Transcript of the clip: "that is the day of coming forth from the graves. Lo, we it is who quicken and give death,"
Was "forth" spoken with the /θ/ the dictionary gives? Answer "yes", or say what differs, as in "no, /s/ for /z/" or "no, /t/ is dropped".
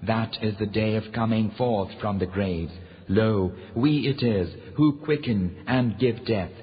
yes